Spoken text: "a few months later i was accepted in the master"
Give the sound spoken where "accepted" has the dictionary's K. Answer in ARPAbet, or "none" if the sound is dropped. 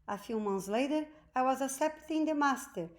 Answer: none